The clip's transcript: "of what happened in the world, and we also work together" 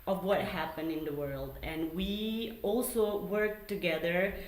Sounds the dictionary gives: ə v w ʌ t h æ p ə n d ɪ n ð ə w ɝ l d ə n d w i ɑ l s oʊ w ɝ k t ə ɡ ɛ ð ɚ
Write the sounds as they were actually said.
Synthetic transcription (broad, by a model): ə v w ʌ t h æ p ə n d ɪ n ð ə w ɝ l d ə n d w i ɑ l s oʊ w ɝ k t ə ɡ ɛ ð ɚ